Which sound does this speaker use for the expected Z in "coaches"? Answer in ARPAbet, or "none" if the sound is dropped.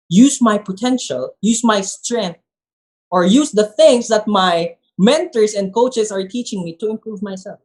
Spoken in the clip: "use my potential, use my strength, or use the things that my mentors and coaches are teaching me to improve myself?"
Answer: S